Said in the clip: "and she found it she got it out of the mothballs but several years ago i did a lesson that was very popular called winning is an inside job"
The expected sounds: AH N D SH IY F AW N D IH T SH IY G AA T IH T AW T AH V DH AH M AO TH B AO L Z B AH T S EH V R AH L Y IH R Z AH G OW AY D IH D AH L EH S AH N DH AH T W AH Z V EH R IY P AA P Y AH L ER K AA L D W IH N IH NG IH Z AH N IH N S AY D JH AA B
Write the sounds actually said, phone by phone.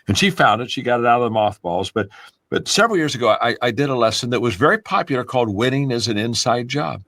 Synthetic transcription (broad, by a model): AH N SH IY F AW N D IH T SH IY G AA T IH T AW T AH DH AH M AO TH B AO L Z B AH T S EH V R L Y IH R Z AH G OW AY D IH D AH L EH S AH N DH AH T W AH Z V EH R IY P AA P Y L ER K AA L D W IH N IH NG IH Z AH N IH N S AY D JH AA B